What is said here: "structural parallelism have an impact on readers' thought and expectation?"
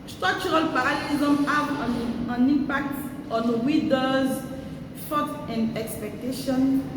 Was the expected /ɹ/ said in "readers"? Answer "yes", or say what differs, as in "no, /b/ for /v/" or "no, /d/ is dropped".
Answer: no, /w/ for /ɹ/